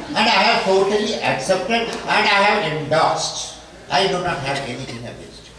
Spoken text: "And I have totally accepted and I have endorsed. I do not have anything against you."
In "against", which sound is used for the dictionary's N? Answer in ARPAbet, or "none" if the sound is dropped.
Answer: none